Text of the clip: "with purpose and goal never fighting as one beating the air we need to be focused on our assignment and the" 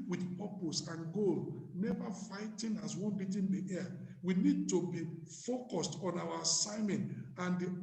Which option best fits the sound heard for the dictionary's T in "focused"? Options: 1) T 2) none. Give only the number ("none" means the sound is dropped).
1